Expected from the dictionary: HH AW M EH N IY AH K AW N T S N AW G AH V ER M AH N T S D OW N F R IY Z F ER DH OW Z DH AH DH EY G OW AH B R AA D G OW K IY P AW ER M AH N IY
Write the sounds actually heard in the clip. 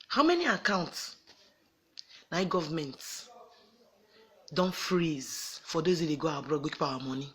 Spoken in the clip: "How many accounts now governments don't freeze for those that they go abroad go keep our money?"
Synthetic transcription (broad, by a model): HH AW M EH N IY AH K AW N T S N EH G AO V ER M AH N T D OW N F R IY Z F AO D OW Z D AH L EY G OW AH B R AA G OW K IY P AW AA M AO N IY